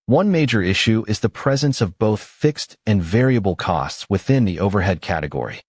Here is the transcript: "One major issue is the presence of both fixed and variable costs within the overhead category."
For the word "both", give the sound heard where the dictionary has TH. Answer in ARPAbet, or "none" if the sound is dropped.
TH